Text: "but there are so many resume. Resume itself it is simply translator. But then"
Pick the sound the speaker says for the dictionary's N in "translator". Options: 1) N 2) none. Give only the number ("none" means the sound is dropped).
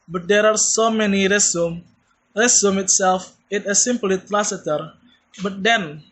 2